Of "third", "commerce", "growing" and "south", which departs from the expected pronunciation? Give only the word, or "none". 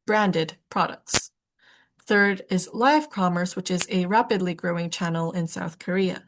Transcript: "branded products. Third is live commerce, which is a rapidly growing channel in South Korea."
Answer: none